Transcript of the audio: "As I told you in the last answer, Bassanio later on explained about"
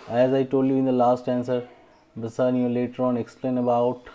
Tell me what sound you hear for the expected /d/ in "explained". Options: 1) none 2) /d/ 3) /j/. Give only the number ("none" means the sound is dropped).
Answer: 1